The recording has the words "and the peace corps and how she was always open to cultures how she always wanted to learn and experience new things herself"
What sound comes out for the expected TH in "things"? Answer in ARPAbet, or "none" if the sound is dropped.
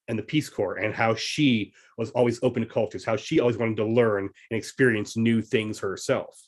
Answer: TH